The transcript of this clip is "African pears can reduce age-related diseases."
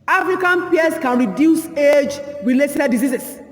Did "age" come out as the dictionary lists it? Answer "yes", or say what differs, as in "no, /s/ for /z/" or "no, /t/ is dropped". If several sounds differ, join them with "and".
yes